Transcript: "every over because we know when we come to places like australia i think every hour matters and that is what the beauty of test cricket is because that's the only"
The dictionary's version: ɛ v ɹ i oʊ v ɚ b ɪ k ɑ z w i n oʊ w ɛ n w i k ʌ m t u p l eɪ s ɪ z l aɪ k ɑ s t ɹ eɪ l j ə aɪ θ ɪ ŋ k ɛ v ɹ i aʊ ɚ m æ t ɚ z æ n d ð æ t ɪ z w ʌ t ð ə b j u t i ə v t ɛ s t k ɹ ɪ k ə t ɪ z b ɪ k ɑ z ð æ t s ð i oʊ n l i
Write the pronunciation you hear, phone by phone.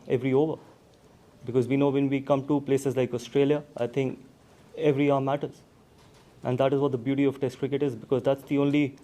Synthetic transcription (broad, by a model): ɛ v ɹ i oʊ v ɚ b ɪ k ɑ z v i n oʊ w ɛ n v i k ʌ m t u p l eɪ s ɪ z l aɪ k ɑ s t ɹ eɪ l j ə aɪ t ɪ ŋ k ɛ v ɹ i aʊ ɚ m æ t ɚ z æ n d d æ t ɪ z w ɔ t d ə b j u t i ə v t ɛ s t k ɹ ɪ k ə t ɪ z b ɪ k ɑ z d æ t s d i oʊ n l i